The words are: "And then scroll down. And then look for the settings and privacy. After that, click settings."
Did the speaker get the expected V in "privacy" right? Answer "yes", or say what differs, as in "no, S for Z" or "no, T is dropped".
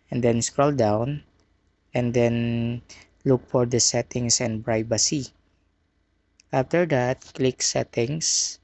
no, B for V